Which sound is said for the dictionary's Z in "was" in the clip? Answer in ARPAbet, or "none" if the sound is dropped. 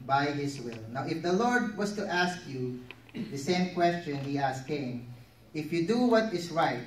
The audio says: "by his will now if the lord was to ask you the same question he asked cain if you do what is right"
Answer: S